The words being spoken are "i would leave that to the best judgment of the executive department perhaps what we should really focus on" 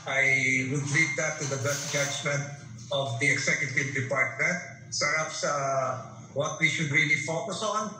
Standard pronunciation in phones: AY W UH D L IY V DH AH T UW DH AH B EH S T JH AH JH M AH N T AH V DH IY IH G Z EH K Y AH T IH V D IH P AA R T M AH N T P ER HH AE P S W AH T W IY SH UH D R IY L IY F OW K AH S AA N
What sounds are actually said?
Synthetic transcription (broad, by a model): AY W UH D L IY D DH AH T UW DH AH B EH S T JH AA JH M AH N T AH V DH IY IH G S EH K Y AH T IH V D IH P AA R T M AH N T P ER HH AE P S W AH T W IY SH UH D R IY L IY F OW K AH S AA N